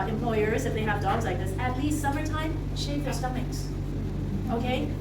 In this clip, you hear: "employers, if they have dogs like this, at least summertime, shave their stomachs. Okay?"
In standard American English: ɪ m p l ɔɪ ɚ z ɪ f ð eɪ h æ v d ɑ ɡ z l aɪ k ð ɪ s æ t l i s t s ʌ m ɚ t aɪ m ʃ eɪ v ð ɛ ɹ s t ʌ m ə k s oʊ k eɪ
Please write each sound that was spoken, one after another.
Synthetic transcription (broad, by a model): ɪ m p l ɔɪ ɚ z ɪ f ð eɪ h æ v d ɑ ɡ z l aɪ k ð ɪ s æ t l i s t s ʌ m ɚ t aɪ m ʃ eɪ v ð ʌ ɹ s t ʌ m ə k s oʊ k eɪ